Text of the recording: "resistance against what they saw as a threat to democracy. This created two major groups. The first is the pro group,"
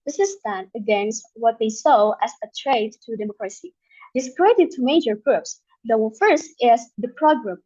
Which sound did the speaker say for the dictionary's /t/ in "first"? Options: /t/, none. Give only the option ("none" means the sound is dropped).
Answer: /t/